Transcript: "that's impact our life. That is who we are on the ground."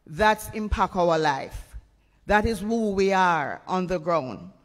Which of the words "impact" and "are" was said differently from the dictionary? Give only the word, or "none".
impact